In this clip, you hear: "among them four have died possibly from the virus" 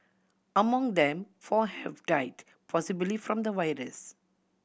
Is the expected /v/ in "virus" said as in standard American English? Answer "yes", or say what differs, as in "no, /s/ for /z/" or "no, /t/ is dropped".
no, /w/ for /v/